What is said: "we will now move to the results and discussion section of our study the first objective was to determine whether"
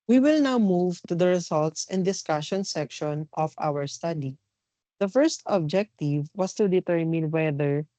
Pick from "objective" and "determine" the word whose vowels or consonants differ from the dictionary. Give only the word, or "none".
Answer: none